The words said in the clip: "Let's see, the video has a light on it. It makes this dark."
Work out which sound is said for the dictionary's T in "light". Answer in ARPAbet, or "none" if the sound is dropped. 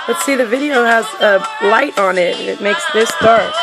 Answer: T